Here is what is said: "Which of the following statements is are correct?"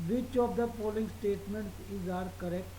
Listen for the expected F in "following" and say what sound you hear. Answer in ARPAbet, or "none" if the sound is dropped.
P